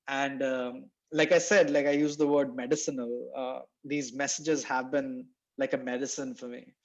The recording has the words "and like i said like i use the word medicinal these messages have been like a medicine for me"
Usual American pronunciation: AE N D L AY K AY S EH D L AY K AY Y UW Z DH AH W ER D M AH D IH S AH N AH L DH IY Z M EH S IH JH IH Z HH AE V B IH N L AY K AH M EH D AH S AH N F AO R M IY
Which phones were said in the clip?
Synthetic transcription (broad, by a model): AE N D L AY K AY S EH D L AY K AY Y UW Z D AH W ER D M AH D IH S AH N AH L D IY Z M EH S IH JH IH Z HH AE V B IH N L AY K AH M EH D AH S AH N F AO R M IY